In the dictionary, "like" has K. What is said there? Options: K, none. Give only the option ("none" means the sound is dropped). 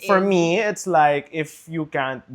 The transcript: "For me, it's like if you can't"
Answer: K